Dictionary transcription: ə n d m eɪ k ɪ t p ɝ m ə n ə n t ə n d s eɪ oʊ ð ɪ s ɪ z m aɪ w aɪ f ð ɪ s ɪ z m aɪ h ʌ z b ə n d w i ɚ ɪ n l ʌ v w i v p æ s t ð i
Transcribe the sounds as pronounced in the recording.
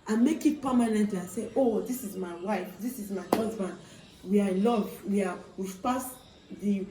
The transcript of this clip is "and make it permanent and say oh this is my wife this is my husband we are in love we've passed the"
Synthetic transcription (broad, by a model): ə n m eɪ k ɪ t p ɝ m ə n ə n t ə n s eɪ oʊ ð ɪ s ɪ z m aɪ w aɪ f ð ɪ s ɪ z m aɪ h ʌ z b ə n d w i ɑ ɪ l ʌ v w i w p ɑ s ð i